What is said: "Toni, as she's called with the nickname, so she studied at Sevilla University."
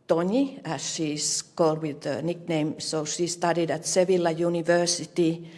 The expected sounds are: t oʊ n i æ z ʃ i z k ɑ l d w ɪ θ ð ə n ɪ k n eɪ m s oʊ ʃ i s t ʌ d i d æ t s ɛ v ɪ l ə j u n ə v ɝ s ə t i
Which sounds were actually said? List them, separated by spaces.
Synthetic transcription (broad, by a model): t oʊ n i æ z ʃ i s k ɑ l d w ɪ ð ə n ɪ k n eɪ m s oʊ ʃ i s t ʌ d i d æ t s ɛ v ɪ l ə j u n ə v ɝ s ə t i